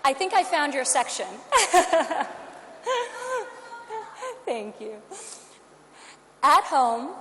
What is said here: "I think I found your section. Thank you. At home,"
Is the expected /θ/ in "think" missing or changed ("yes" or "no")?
no